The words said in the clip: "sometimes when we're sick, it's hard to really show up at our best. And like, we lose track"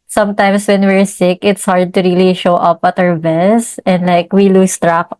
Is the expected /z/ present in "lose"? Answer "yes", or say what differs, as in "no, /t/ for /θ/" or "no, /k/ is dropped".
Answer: no, /s/ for /z/